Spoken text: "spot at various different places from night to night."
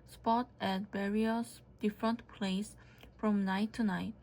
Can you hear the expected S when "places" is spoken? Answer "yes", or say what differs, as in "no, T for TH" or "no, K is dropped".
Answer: no, S is dropped